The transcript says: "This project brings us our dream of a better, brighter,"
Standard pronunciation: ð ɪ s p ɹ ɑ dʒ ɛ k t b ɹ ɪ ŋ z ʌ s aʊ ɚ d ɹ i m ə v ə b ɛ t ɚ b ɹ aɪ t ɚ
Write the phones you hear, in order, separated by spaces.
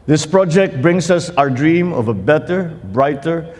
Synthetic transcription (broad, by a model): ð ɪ s p ɹ ɑ dʒ ɛ k t b ɹ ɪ ŋ s ʌ s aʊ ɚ d ɹ i m ə v ə b ɛ t ɚ b ɹ aɪ t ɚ